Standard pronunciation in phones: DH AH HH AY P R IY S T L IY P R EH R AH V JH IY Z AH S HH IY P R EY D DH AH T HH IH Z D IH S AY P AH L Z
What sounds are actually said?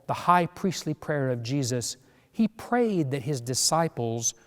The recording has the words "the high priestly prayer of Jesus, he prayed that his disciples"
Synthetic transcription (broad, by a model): DH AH HH AY P R IY S T L IY P R EH R AH V JH IY Z AH S HH IY P R EY D DH AH T HH IH Z D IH S AY P L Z